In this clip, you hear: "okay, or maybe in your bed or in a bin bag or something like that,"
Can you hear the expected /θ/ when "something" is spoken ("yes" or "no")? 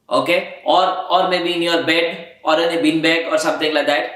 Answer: no